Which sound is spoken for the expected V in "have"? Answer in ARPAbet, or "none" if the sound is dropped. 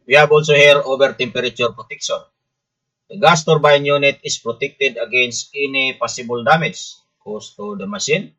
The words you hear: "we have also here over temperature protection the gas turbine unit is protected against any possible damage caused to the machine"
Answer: B